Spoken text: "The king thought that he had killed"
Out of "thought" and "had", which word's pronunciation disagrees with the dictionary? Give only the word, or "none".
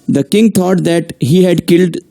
thought